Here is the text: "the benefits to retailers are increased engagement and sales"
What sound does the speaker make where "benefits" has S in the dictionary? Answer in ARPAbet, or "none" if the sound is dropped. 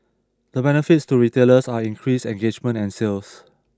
S